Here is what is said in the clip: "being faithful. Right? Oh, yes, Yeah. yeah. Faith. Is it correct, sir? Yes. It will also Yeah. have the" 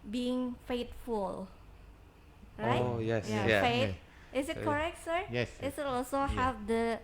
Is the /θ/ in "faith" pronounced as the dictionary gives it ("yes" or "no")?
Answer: no